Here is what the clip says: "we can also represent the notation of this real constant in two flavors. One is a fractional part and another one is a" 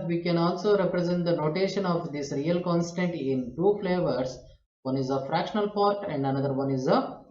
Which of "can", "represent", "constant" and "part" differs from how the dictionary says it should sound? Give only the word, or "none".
none